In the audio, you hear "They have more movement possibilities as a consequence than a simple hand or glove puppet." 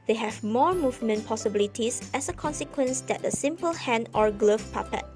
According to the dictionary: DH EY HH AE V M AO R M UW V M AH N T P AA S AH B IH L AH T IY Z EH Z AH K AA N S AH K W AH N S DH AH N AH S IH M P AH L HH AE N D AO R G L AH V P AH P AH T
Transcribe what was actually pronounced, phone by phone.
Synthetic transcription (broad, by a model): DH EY HH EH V M AO R M UW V M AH N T P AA S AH B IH L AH T IY S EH S AH K AA N S AH K W AH N S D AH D AH S IH M P AH L HH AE N AO R G L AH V P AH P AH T